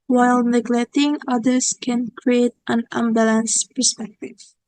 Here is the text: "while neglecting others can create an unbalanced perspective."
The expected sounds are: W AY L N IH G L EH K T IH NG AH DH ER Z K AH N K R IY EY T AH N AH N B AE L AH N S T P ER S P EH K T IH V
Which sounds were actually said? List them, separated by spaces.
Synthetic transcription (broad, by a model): W AY L N IH G L EH K T IH NG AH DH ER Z K AH N K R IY EY T AH N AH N B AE L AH N S P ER S P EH K T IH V